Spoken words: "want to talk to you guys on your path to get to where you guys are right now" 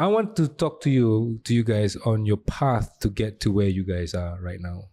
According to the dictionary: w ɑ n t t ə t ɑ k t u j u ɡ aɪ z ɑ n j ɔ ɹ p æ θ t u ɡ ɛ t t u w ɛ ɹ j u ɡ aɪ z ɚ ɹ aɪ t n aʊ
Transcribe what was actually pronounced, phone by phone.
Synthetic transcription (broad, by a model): w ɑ n t t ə t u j t u j u ɡ aɪ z ɑ n j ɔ p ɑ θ t u ɡ ɛ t t u w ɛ j u ɡ aɪ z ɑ ɹ aɪ t n aʊ